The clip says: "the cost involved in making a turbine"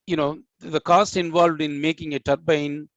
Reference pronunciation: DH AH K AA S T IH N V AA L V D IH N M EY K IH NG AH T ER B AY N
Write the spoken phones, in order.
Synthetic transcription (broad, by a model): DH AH K AA S T IH N V AA L V D IH N M EY K IH NG AH T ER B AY N